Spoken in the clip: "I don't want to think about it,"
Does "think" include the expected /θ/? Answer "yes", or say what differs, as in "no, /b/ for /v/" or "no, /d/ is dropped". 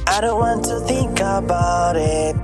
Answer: yes